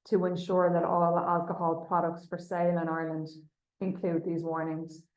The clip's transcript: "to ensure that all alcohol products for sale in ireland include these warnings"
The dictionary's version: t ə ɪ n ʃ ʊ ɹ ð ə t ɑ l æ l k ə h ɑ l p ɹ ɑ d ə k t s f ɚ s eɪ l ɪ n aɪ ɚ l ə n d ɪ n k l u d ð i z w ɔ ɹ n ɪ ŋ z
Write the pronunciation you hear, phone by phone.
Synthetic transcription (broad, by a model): t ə ɪ n ʃ ʊ ɹ ð ə t ɑ l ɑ l k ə h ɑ l p ɹ ɑ d ə k t s f ɚ s eɪ l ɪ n aɪ l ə n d ɪ n k l u d ð i z w ɔ ɹ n ɪ ŋ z